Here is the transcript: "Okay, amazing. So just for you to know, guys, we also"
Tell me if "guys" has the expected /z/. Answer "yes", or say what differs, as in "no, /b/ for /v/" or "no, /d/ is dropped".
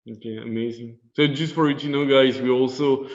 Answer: yes